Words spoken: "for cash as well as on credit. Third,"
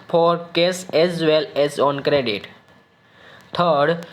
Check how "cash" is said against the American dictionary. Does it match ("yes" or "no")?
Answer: no